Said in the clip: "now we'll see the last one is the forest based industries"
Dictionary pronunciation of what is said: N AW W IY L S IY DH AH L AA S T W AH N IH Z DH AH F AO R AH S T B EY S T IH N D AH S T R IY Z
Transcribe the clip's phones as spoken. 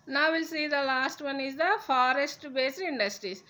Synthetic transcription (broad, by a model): N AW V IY L S IY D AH L AA S T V AH N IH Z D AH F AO R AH S T B EY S IH N D AH S T R IY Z